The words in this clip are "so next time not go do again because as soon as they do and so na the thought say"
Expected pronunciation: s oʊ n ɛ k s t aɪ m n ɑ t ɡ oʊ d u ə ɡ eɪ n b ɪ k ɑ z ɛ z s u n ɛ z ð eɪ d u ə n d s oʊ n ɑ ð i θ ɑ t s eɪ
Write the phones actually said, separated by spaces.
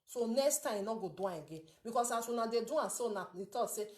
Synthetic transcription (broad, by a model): s oʊ n ɛ k s t aɪ m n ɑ ɡ oʊ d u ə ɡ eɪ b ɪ k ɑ s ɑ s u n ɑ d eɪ d u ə s oʊ n ɑ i t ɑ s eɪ